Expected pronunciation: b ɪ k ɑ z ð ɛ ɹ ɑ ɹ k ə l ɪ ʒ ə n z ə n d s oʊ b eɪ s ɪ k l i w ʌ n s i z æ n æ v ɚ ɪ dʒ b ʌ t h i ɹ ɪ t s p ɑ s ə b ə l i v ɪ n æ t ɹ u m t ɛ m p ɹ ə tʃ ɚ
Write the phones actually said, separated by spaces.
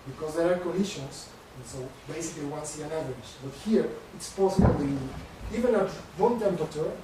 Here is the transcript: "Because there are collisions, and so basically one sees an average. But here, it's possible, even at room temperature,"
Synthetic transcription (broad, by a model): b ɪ k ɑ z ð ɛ ɹ ɑ ɹ k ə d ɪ ʃ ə n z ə n s oʊ b eɪ s ɪ k l i w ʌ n s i æ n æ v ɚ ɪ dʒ b ʌ t h i ɹ ɪ t s p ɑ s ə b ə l i v ɪ n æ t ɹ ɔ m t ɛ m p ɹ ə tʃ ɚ